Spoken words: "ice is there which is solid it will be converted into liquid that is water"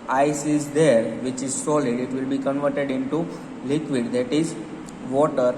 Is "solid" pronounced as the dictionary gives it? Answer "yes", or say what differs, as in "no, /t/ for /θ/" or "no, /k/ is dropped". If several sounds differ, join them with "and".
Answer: yes